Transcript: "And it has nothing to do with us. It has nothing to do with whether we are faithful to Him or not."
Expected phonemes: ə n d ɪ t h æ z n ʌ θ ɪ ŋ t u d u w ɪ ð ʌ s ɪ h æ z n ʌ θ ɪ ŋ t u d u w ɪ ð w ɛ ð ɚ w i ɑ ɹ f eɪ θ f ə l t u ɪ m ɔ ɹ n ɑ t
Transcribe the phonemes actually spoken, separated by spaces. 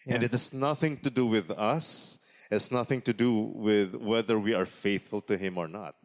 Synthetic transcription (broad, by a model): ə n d ɪ t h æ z n ʌ θ ɪ ŋ t u d u w ɪ ð ʌ s ɪ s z n ʌ θ ɪ ŋ t u d u w ɪ ð w ɛ ð ɚ w i ɑ ɹ f eɪ θ f ə l t u ɪ m ɔ ɹ n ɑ t